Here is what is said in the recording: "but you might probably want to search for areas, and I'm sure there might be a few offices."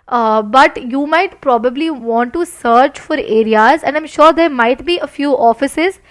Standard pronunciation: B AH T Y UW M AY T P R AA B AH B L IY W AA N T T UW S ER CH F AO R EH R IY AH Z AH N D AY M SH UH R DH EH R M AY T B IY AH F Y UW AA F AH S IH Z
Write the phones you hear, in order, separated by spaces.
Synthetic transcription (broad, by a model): B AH T Y UW M AY T P R AA B AH B L IY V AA N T T UW S ER CH F AO R EH R IY AH Z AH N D AY M SH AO R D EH R M AY T B IY AH F Y UW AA F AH S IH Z